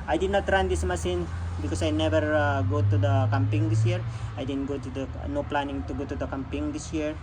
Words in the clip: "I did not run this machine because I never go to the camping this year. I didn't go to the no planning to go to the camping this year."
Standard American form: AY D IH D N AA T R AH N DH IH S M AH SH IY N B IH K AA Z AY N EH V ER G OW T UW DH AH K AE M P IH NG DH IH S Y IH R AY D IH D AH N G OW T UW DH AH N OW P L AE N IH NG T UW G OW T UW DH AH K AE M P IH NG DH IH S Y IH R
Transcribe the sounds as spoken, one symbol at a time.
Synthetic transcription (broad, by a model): AY D IH D N AA T R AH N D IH S M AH S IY N B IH K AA S AY N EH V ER G OW T UW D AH K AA M P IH NG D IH S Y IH R AY D IH D AH N G OW T UW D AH N OW P L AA N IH NG T UW G OW T UW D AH K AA M P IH NG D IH S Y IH R